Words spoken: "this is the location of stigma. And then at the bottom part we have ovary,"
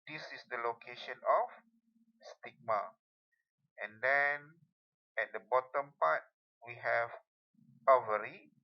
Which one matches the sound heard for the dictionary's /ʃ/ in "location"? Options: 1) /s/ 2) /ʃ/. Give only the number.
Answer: 2